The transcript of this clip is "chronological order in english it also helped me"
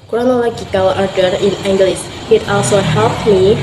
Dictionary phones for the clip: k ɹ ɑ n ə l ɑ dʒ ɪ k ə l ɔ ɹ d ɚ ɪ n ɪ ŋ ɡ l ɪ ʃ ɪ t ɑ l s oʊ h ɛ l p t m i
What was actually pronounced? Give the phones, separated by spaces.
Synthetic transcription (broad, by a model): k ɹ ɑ n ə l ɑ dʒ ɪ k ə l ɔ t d ɪ n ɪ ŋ ɡ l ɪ s ɪ t ɑ l s oʊ h ɛ l p t m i